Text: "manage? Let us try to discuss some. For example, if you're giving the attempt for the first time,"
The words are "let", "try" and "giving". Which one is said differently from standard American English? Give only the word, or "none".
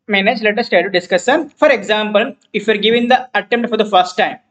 try